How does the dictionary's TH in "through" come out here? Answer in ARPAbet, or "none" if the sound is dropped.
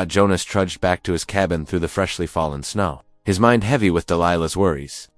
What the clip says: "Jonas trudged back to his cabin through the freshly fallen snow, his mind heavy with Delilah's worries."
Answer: TH